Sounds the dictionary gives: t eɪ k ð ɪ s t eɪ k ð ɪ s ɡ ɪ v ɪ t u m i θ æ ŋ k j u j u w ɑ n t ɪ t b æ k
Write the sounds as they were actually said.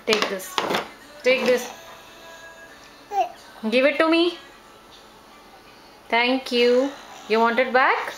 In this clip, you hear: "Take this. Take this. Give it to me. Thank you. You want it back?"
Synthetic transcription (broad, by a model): t eɪ k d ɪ s t eɪ k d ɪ s ɡ ɪ v ɪ t u m i t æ ŋ k j u j u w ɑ n t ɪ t b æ k